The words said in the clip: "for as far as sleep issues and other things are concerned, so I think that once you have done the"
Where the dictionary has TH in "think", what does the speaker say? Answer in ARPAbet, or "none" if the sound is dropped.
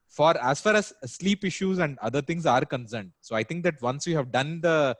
T